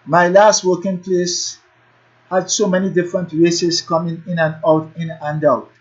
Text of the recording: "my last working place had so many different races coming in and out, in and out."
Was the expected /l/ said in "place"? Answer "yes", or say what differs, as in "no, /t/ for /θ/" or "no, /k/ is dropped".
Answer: yes